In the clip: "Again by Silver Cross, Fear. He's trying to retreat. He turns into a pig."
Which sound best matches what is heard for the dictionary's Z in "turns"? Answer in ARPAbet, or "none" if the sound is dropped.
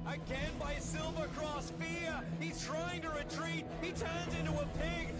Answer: Z